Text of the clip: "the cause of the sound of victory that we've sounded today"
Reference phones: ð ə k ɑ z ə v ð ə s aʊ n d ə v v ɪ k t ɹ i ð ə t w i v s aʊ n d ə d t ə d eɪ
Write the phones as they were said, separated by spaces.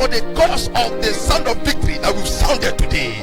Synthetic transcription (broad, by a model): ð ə k ɑ s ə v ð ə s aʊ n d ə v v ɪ k t ɹ i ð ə t w i v s aʊ n d ə d t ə d eɪ